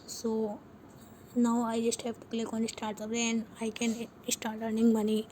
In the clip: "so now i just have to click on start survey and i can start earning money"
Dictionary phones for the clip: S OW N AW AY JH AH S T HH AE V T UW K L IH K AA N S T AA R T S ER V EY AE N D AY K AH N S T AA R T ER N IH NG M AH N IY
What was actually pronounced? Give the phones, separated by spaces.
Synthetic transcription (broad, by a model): S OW N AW AY JH AH S T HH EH P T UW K L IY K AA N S T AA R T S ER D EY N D AY K AH N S T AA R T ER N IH NG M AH N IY